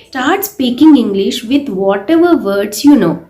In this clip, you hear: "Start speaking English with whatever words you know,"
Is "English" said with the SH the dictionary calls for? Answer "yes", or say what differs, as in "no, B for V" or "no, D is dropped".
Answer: yes